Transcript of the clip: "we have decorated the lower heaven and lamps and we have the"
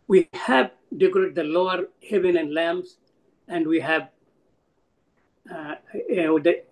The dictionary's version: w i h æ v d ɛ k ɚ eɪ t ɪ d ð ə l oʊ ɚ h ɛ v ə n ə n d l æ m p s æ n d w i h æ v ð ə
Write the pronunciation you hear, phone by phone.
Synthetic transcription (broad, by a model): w i h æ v d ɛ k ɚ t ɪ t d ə l oʊ ɚ h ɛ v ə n ə n d l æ m s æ n d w i h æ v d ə